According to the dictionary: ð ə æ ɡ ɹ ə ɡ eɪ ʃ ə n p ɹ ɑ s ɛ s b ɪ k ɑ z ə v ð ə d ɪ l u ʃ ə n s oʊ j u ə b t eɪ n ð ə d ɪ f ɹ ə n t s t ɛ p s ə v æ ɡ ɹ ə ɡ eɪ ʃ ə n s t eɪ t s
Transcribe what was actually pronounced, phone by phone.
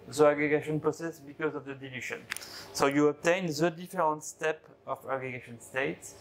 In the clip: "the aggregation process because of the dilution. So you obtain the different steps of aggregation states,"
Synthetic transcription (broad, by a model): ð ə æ ɡ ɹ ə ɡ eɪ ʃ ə n p ɹ ɑ s ɛ s b ɪ k ɑ z ə v ð ə d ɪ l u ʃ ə n s oʊ j u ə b t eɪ n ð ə d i f ɹ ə n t s t ɛ p ə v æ ɡ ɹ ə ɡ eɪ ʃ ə n s t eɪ t s